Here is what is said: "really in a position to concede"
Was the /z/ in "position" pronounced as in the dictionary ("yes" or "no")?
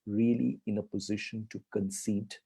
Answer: yes